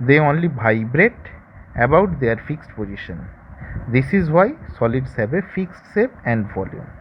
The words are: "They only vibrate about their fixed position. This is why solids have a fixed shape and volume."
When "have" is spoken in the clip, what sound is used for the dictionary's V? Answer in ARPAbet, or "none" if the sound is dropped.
B